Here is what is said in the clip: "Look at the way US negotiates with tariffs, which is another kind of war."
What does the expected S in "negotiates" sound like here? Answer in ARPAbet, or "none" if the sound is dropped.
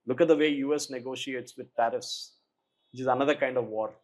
S